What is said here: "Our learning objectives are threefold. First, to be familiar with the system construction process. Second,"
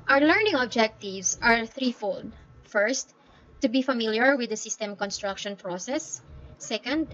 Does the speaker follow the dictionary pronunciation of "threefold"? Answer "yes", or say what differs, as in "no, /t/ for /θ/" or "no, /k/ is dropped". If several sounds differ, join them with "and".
yes